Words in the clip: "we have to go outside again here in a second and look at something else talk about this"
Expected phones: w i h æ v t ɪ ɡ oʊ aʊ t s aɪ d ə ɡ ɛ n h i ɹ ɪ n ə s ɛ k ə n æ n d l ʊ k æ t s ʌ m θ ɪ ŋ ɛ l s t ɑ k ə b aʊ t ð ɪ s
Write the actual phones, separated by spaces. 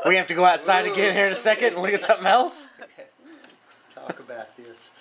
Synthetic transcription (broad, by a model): w i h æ f t ɪ ɡ oʊ aʊ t s aɪ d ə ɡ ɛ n h i ɹ ɪ n ə s ɛ k ə n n l ʊ k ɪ t s ʌ m θ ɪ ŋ ɛ l s t ɑ k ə b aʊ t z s